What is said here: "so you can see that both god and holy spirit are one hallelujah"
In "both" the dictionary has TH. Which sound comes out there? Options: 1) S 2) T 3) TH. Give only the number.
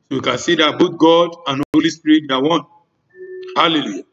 2